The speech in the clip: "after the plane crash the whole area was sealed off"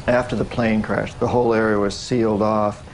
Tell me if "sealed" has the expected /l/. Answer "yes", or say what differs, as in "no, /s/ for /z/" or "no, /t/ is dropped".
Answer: yes